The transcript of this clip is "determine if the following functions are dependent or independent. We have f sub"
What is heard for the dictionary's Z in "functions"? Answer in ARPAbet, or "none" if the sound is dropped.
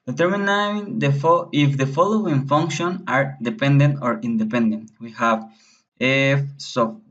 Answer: none